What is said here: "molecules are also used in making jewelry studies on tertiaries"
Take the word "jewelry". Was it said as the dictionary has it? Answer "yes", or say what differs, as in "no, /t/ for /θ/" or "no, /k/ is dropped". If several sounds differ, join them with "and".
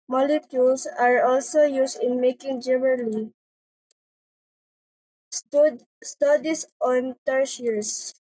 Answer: no, /n/ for /l/